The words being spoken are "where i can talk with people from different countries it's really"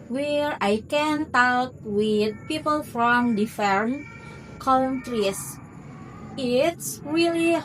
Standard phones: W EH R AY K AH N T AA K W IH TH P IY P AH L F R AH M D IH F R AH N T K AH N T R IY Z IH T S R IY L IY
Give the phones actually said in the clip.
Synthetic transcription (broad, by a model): W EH R AY K AH N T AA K W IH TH P IY P AH L F R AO M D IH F AH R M K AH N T R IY S IH T S R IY L IY